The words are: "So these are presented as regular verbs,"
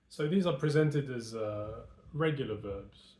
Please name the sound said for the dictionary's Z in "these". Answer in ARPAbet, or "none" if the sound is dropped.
Z